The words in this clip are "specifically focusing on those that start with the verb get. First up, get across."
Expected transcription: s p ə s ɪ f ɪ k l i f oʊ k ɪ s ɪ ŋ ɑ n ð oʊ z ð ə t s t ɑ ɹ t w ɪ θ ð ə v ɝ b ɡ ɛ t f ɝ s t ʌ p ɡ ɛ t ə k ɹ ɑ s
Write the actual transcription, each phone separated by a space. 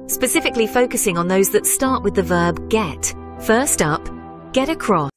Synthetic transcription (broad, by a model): s p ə s ɪ f ɪ k l i f oʊ k ɪ s ɪ ŋ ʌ n ð oʊ z ð ə t s t ɑ ɹ t w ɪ ð ə v ɝ b ɡ ɛ t f ɝ s t ʌ p ɡ ɛ t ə k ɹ ɑ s